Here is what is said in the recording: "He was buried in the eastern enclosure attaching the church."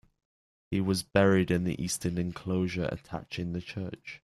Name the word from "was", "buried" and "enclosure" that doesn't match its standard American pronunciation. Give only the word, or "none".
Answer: none